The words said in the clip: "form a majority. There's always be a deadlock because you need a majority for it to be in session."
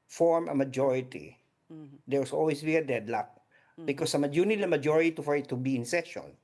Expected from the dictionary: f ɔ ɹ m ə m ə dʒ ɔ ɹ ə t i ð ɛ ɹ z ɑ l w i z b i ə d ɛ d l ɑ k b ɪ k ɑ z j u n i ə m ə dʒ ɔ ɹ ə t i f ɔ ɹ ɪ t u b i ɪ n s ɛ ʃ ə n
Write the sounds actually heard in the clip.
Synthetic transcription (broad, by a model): f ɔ ɹ m ə m ə dʒ ɔ ɹ ə t i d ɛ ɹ s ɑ l w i s b i ə d ɛ d l ɑ k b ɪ k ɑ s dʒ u n i ə m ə dʒ ɔ ɹ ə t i f ɔ ɹ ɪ t u b i ɪ n s ɛ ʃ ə n